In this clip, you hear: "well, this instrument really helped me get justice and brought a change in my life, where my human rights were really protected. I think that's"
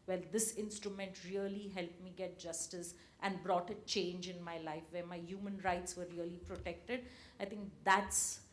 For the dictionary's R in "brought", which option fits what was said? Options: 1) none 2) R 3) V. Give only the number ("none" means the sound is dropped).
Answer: 2